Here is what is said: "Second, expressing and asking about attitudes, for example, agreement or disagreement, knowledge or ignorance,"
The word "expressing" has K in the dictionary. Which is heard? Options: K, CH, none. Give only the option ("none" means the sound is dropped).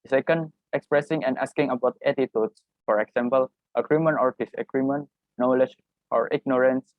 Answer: K